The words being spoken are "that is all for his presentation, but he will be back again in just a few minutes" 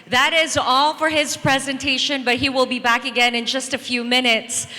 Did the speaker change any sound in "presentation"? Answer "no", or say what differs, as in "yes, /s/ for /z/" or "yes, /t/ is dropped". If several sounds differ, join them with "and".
no